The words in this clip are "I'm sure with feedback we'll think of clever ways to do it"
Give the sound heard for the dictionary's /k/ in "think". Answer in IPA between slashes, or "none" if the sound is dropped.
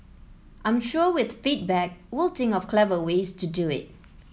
none